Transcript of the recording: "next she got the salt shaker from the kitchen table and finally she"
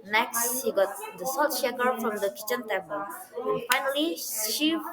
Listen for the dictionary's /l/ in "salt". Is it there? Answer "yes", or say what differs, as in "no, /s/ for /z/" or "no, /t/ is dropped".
no, /l/ is dropped